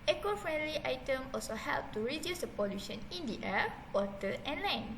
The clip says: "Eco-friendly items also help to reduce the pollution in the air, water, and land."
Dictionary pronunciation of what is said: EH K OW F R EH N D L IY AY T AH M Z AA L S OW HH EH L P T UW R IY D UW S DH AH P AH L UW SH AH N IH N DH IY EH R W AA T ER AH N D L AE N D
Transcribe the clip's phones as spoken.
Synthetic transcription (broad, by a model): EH K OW F R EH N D L IY AY T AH M AA L S OW HH EH L P T UW R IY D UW S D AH P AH L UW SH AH N IH N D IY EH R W AA T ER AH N L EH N